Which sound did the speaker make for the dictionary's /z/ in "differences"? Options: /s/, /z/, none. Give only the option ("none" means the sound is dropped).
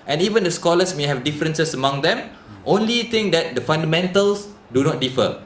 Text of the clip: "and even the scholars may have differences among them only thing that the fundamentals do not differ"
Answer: /s/